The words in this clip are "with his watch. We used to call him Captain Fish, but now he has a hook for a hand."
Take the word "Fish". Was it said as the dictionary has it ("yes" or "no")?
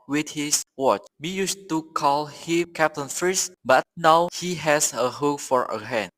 no